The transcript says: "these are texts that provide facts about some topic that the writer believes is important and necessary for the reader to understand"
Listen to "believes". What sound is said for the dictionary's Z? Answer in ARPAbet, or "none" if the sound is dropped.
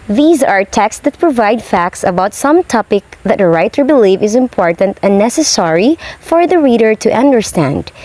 none